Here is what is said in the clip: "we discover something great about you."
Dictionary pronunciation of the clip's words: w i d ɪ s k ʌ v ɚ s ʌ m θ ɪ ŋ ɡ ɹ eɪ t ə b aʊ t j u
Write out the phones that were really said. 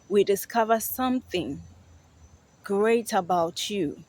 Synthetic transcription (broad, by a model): w i d ɪ s k ʌ v ɚ s ʌ m θ ɪ ŋ ɡ ɹ eɪ t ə b aʊ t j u